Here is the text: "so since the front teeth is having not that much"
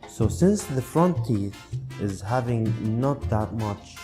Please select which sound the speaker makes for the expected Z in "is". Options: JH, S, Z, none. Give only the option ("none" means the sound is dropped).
Z